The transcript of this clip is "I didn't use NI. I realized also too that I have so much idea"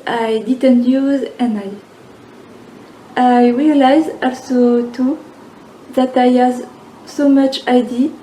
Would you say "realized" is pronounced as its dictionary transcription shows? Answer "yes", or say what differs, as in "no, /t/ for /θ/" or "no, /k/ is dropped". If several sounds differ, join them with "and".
no, /d/ is dropped